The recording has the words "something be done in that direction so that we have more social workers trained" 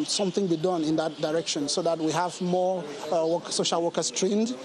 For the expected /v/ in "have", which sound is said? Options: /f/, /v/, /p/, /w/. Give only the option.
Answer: /v/